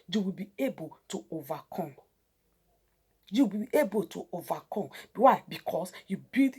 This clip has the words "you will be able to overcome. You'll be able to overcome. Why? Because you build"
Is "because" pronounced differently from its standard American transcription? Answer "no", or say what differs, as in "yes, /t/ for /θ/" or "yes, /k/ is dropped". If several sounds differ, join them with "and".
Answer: yes, /s/ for /z/